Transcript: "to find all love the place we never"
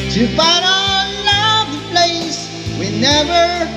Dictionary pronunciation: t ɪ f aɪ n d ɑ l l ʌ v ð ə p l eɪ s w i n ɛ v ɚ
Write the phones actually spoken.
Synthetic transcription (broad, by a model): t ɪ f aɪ d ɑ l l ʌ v p l eɪ s w i n ɛ v ɚ